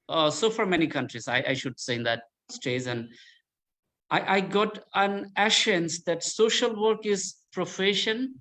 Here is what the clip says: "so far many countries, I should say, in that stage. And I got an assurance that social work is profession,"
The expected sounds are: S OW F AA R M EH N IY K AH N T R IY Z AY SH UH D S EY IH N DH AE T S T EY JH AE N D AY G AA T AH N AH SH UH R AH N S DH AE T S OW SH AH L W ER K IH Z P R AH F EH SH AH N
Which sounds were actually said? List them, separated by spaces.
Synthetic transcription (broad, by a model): S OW F AA R M EH N IY K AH N T R IY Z AY SH UH D S EY IH N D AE T S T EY Z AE N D AY G AA T AH N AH SH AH N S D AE T S OW SH AH L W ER K IH Z P R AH F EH SH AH N